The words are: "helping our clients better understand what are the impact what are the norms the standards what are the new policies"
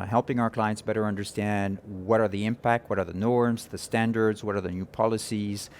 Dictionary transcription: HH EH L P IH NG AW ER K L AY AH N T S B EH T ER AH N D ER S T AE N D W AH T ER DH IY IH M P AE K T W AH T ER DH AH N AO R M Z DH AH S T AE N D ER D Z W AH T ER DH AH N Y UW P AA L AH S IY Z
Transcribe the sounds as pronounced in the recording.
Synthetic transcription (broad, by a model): HH EH L P IH NG AW ER K L AY AH N T S B EH T ER AH N D ER S T AE N D W AH T ER DH IY IH M P AE K T W AH T ER DH AH N AO R M Z DH AH S T AE N D ER D Z W AH T ER DH AH N Y UW P AA L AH S IY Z